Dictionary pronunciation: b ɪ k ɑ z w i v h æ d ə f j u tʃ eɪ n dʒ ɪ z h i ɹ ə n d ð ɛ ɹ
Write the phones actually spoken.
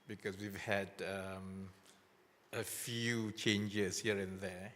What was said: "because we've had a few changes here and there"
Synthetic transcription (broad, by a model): b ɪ k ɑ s w i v h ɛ d ə f j u tʃ eɪ n dʒ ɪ s h i ɹ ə n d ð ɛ